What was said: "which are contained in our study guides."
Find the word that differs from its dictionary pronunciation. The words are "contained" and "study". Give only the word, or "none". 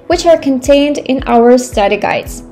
none